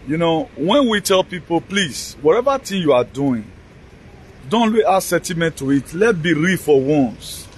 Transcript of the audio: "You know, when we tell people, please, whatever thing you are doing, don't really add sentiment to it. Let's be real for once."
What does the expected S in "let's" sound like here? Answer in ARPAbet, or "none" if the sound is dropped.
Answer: none